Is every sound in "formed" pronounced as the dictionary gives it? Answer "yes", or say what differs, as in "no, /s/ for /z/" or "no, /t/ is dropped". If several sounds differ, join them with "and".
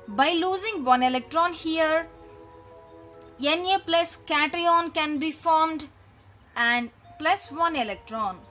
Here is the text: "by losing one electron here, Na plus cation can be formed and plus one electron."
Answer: yes